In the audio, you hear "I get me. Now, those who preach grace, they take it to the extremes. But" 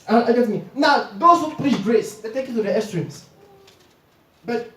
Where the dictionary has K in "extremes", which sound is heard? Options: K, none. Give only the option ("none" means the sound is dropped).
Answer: none